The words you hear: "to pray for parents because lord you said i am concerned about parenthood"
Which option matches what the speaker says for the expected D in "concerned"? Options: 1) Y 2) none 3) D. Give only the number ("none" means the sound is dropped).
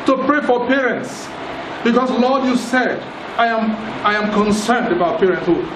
3